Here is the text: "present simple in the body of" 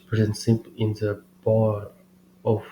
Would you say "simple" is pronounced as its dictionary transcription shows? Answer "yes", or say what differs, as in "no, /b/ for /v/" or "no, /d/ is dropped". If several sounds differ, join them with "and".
no, /m/ is dropped